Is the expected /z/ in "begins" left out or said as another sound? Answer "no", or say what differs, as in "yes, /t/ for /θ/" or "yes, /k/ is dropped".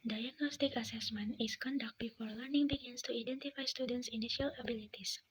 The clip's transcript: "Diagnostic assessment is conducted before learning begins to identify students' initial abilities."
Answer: yes, /s/ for /z/